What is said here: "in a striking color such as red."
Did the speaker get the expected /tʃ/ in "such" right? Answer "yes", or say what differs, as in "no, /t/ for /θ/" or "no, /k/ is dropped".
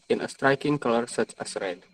yes